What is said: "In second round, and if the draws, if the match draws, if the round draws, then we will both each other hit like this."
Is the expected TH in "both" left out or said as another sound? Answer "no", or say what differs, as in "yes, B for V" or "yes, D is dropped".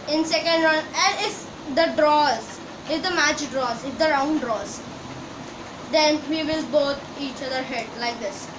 yes, T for TH